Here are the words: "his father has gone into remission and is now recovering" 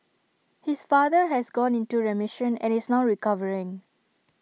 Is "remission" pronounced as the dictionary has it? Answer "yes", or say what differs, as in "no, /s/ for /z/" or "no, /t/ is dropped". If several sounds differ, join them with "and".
yes